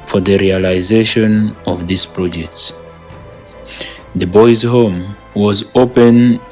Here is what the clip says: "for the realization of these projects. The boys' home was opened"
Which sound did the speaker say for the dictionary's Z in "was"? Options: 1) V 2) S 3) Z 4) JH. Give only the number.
3